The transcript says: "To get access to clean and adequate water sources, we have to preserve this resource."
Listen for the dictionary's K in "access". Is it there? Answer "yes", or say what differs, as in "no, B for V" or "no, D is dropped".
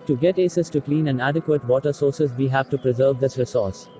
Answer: no, K is dropped